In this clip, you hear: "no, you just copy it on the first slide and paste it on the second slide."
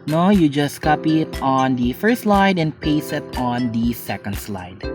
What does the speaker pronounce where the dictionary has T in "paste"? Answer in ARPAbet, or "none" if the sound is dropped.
none